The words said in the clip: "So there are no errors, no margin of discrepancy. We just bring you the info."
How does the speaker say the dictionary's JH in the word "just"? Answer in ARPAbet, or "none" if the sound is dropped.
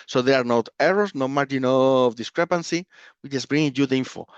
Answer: CH